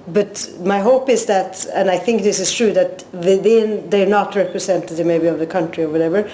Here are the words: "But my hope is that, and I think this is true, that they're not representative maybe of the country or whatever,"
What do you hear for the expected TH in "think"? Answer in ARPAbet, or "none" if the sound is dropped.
TH